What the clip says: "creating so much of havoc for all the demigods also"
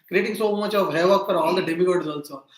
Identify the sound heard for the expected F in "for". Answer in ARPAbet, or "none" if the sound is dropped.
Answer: P